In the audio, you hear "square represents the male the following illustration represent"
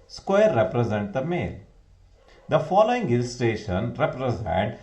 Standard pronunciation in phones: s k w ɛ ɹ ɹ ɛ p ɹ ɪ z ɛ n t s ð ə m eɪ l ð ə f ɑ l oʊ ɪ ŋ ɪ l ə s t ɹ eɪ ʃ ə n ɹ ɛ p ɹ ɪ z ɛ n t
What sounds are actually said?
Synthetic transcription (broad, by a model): s k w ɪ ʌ ɹ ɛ p ɹ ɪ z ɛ n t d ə m eɪ l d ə f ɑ l oʊ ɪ ŋ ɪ l s t eɪ ʃ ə n ɹ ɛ p ɹ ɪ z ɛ n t